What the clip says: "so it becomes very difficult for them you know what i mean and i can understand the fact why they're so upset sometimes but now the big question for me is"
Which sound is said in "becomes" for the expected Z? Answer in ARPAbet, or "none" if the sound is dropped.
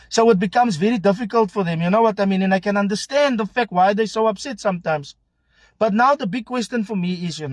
Z